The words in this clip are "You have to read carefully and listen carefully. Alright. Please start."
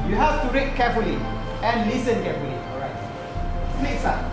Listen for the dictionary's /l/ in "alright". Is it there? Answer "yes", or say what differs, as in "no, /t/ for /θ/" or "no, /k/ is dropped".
no, /l/ is dropped